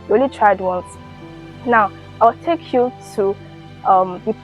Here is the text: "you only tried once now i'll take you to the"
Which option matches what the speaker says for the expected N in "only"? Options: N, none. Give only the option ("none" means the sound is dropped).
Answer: none